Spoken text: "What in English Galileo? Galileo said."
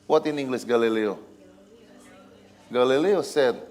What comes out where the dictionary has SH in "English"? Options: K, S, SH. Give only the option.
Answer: S